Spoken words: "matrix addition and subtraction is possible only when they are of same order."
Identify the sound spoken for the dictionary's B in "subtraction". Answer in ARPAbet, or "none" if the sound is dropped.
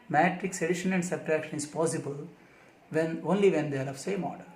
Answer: none